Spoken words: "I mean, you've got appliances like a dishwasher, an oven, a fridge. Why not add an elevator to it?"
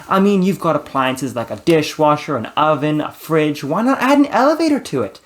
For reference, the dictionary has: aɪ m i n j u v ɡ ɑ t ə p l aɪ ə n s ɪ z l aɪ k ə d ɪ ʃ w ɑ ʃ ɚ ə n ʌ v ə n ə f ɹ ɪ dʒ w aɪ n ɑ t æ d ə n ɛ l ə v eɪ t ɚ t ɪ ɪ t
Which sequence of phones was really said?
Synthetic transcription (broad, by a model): aɪ m i n j u v ɡ ɑ t ə p l aɪ ə n s ɪ z l aɪ k ə d ɪ ʃ w ɑ ʃ ɚ ə n ʌ v ə n ə f ɹ ɪ dʒ w aɪ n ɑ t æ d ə n ɛ l ə v eɪ t ɚ t ɪ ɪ t